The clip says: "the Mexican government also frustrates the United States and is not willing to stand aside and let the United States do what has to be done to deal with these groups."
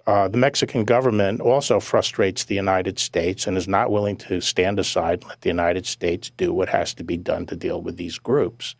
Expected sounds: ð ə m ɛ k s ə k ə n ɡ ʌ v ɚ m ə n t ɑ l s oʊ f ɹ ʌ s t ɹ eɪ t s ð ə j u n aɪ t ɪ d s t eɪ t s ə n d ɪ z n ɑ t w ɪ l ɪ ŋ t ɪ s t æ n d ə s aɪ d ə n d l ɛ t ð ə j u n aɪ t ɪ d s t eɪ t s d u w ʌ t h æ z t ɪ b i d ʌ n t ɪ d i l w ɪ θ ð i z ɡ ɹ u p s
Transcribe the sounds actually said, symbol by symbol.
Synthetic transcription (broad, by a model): ð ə m ɛ k s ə k n ɡ ʌ v ɚ m ə n t ɑ l s oʊ f ɹ ʌ s t ɹ eɪ t s ð ə j u n aɪ t ɪ d s t eɪ t s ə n ɪ z n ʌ t w ɪ l ɪ ŋ t ɪ s t æ n d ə s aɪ ə d l ɛ t ð ə j u n aɪ t ɪ d s t eɪ t s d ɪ w ʌ t h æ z t ɪ b i d ʌ n t ɪ d i l w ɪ ð i z ɡ ɹ u p s